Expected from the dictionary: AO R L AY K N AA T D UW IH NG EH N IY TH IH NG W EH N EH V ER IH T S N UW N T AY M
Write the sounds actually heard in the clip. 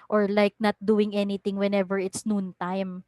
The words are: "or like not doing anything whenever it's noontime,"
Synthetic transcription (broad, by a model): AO R L AY K N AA T D UW IH NG EH N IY T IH NG W EH N EH V ER IH T S N UW N T AY M